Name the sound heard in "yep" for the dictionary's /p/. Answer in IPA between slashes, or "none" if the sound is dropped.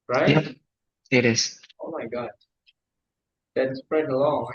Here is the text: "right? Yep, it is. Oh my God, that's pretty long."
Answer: none